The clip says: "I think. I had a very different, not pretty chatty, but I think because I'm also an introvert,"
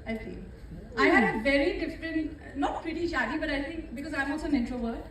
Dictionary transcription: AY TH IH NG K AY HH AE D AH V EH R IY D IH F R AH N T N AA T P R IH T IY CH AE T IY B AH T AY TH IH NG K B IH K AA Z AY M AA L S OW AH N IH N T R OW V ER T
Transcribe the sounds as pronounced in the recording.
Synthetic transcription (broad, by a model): AY T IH NG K AY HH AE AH V EH R IY D IH F R AH N T N AA T P R IH T IY SH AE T IY B AH T AY T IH NG K B IH K AA Z AY M AA L S OW AH N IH N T R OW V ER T